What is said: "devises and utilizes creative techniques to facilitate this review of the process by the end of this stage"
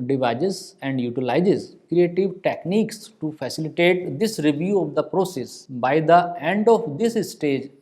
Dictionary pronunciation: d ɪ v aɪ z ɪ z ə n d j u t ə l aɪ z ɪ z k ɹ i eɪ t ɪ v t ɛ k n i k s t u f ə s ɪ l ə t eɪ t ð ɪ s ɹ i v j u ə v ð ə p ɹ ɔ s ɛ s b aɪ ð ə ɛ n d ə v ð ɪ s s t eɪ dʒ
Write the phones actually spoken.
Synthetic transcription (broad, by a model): d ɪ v aɪ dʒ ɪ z ə n d j u t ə l aɪ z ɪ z k ɹ i eɪ t ɪ v t ɛ k n i k s t u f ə s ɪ l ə t eɪ t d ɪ s ɹ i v j u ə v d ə p ɹ ɔ s ɛ s b aɪ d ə ɛ n d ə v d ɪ s s t eɪ dʒ